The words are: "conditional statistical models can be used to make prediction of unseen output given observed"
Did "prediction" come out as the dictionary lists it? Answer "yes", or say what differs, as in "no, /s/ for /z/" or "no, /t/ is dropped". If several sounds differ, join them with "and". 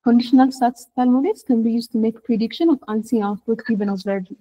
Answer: yes